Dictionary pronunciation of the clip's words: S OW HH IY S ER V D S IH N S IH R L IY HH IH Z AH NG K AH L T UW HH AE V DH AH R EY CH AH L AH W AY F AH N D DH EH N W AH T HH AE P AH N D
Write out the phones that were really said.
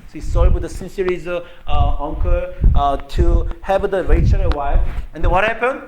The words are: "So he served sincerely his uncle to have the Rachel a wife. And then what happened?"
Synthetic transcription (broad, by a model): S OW HH IY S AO W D S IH N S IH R IY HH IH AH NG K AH T UW HH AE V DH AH R EY CH AH L AH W AY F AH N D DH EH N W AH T HH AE P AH N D